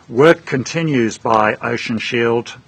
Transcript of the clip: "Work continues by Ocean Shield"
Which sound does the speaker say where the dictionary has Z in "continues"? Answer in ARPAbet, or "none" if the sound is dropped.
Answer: Z